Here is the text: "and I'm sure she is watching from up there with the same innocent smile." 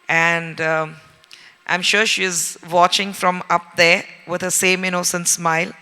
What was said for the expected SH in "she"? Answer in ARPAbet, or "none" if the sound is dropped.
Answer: SH